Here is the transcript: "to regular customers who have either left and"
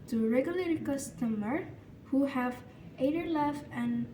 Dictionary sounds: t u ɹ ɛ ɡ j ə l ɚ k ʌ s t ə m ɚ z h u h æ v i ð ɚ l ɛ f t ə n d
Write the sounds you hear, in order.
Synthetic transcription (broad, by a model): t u ɹ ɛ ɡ j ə l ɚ k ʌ s t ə m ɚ h u h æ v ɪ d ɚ l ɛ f ə n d